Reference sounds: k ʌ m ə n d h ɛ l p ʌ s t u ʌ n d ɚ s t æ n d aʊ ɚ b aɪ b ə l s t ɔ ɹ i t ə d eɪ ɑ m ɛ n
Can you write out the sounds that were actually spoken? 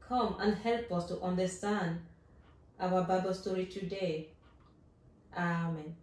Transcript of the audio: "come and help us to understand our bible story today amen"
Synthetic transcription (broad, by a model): k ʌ m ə n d h ɛ l p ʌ s t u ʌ n d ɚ s t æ n d aʊ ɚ b aɪ b ə l s t ɔ ɹ i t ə d eɪ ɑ m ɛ n